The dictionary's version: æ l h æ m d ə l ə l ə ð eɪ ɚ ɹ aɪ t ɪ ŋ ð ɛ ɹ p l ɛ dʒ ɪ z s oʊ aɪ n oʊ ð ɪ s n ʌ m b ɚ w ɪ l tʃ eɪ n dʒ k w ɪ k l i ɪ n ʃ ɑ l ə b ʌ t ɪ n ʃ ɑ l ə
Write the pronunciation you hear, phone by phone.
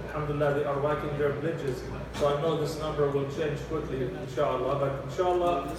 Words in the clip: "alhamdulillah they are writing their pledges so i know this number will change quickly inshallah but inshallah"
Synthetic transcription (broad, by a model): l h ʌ m d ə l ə l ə ð eɪ ɚ w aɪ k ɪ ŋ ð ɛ ɹ b l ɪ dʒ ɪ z s oʊ aɪ n oʊ ð ɪ s n ʌ m b ɚ w ɪ l tʃ eɪ n dʒ k w ɪ k l i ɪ n ʃ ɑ l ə b ʌ t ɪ n ʃ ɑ l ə